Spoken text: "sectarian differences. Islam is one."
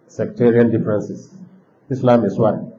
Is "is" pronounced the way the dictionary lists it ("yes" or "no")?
no